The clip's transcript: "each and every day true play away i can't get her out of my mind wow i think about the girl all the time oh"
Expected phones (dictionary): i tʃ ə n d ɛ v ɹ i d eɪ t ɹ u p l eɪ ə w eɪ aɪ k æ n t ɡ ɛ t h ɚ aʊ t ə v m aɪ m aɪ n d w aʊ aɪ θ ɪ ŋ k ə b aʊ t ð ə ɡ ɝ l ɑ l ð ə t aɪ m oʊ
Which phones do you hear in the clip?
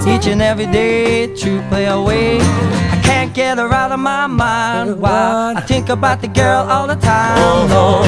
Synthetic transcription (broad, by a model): i tʃ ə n ɛ v ɹ i d eɪ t u p l eɪ ə w eɪ aɪ k æ n ɡ ɛ t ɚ aʊ t ə v m aɪ m aɪ n d w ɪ aɪ θ ɪ ŋ k ə b aʊ t ð ə ɡ ɝ l ɑ l ð ə t aɪ m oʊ